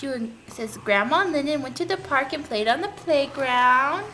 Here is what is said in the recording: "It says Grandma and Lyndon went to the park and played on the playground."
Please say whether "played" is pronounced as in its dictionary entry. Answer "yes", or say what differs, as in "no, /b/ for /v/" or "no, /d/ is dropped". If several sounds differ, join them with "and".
yes